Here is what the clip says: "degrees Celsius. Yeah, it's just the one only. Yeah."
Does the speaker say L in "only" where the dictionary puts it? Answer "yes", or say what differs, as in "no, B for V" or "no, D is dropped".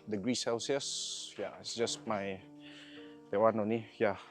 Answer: no, L is dropped